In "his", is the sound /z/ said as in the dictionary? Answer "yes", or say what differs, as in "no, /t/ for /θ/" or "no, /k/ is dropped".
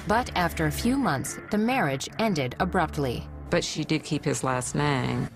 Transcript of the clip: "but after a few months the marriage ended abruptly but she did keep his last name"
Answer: yes